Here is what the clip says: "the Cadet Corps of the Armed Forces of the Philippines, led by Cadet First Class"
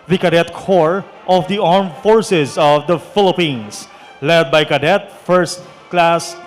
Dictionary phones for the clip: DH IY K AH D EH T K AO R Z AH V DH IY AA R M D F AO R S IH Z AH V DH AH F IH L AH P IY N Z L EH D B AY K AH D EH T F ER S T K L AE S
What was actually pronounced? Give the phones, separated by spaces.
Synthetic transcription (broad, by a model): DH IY K AH D EH T K AO R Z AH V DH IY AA R M F AO R S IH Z AH V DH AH F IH L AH P IY N S L EH D B AY K AH D EH T F ER S T K L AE S